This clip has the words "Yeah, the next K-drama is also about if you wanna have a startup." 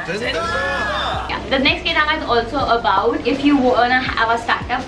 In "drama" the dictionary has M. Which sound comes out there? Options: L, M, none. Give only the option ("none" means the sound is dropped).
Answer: none